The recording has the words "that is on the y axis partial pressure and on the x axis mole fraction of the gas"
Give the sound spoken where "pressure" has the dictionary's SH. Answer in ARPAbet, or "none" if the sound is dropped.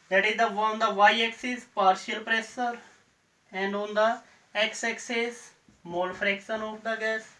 S